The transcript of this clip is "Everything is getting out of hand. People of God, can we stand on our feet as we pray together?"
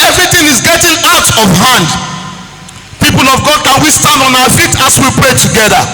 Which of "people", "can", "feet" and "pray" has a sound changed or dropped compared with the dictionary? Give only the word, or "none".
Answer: none